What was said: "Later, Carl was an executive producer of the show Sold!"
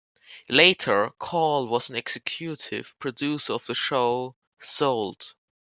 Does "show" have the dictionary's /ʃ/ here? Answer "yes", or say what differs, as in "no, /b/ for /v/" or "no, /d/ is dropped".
yes